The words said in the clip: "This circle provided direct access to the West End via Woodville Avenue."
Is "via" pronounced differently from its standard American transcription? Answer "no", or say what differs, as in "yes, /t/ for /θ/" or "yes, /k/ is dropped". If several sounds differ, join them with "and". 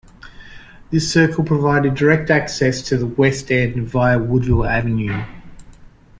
no